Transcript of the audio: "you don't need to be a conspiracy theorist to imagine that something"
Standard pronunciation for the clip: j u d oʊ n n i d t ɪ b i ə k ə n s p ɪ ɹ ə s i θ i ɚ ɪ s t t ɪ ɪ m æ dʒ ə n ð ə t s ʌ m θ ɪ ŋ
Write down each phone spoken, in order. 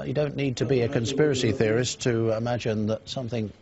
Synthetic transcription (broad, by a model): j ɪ d oʊ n n i d t ɪ b i ə k ə n s p ɪ ɹ ə s i θ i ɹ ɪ s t t ɪ ɪ m æ dʒ ə n ð ə t s ʌ m θ ɪ ŋ